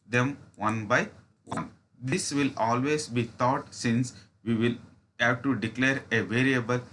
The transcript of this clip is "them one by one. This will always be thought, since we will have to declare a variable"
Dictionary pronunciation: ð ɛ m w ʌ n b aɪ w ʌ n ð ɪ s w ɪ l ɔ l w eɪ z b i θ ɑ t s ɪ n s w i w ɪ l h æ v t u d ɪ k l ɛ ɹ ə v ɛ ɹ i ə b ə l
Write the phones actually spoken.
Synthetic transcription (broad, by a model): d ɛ m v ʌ n b aɪ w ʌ n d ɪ s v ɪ l ɔ l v eɪ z b i t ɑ t s ɪ n s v i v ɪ l h æ v t u d ɪ k l ɛ ɹ ə v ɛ ɹ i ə b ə l